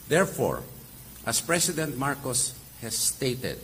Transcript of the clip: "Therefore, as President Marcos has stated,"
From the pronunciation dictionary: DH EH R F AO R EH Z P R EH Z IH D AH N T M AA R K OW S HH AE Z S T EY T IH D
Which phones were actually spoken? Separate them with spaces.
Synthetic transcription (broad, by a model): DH EH R F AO R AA S P R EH S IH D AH N T M AA R K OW S HH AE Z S T EY T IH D